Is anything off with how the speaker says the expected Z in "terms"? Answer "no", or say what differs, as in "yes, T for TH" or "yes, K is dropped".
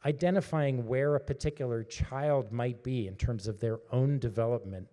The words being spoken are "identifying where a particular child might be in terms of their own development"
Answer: no